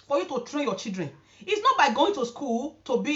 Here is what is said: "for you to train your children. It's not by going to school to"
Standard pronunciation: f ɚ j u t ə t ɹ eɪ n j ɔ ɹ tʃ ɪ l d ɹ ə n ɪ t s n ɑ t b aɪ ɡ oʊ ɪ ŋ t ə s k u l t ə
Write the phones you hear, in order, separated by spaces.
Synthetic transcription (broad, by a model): f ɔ j u t ə t ɹ eɪ n j ɔ tʃ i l d ɹ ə n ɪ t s n ɑ t b aɪ ɡ oʊ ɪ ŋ t ə s k u l t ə